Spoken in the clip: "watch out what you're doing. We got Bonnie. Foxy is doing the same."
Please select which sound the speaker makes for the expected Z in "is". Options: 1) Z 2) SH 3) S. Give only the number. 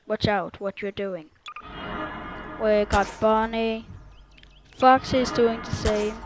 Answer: 1